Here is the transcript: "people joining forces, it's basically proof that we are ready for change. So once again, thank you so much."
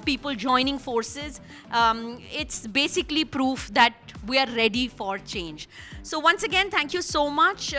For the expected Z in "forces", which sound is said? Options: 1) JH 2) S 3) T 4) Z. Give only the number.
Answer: 4